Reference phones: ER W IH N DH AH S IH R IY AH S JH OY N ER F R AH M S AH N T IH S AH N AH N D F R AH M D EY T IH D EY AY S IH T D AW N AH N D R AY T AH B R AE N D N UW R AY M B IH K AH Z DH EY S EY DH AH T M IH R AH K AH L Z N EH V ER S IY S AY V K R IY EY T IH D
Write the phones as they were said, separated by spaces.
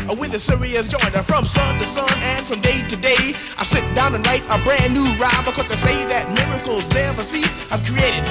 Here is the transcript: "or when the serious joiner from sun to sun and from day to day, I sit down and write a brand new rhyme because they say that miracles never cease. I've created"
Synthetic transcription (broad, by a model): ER W IH N DH AH S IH R IY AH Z JH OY N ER F R AH M S AH N T IH S AH N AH N F R AH M D EY T IH D EY AY S IH T D AW N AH N R AY T AH B R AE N N UW R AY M B IH K AH Z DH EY S EY DH AH T M IH R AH K L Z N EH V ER S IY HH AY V K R IY EY T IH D